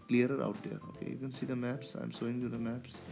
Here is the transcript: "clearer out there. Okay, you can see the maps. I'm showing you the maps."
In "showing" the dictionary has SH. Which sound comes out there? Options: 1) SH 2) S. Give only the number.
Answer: 2